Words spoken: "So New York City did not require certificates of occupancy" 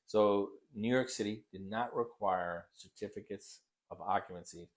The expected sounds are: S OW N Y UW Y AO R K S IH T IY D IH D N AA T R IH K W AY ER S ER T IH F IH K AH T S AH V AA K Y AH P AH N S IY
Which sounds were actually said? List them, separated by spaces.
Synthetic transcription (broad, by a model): S OW N Y UW Y AO R K S IH T IY D IH D N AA T R IH K W AY ER S ER T IH F IH K AH T S AH V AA K Y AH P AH N S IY